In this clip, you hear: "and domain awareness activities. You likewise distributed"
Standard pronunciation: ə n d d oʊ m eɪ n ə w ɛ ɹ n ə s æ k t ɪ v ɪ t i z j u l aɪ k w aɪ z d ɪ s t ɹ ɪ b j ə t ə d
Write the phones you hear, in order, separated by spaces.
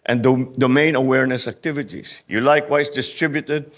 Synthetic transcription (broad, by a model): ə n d d oʊ m eɪ n ə w ɛ ɹ n ə s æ k t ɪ v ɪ t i s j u l aɪ k w aɪ s d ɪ s t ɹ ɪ b j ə t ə d